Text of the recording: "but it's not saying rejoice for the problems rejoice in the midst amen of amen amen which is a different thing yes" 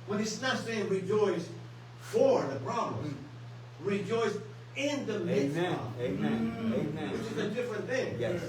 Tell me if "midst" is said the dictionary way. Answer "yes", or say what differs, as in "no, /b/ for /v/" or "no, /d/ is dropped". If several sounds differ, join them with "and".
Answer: no, /t/ is dropped